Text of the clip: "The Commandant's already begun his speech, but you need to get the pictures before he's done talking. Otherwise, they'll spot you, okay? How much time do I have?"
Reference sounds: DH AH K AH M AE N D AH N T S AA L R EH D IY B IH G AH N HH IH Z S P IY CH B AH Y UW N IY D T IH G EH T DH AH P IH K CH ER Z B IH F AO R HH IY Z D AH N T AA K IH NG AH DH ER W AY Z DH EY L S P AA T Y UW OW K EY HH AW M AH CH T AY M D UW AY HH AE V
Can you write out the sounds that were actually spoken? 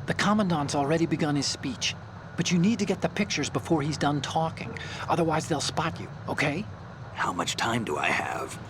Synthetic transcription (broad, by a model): DH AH K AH M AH N D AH N T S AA L R EH D IY B IH G AH N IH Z S P IY CH B AH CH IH N IY D T IH G EH T DH AH P IH K CH ER Z B IH F AO R IY Z D AH N T AA K IH NG AH DH ER W AY Z DH EY L S P AA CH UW OW K EY HH AW M AH CH T AY M D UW AY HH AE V